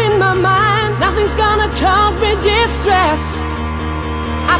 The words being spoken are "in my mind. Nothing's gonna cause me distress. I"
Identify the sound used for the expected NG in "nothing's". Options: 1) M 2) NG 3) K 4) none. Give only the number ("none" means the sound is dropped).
2